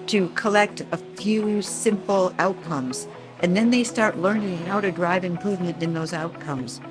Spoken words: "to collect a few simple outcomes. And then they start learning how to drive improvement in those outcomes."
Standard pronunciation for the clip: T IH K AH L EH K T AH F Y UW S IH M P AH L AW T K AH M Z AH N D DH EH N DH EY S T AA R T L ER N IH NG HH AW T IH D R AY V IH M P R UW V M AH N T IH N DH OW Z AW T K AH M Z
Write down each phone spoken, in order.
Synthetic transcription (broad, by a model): T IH K AH L EH K T AH F Y UW S IH M P L AW T K AH M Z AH N DH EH N DH EY S T AA R T L ER N IH NG HH AW T IH D R AY V IH M P R UW V M AH N T IH N DH OW Z AW T K AH M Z